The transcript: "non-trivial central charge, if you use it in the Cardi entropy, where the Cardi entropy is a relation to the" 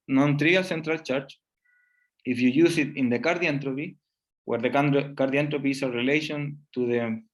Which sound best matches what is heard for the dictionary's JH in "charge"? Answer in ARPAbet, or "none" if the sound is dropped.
CH